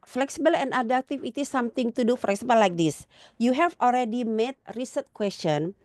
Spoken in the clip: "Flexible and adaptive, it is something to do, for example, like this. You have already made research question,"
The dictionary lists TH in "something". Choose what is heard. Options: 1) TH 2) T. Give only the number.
2